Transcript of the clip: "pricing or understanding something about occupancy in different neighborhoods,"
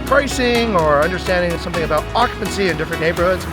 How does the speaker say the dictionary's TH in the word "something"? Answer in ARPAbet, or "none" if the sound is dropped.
TH